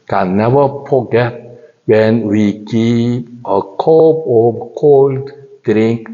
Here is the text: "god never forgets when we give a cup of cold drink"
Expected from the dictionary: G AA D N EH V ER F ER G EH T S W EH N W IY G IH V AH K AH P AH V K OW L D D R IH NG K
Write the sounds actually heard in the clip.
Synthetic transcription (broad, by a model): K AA N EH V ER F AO G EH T W EH N W IY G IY P AH K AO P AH K OW L D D R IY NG K